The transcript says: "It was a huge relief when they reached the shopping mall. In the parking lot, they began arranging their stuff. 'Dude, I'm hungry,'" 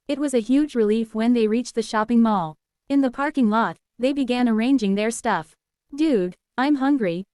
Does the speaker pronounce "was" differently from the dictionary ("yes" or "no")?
no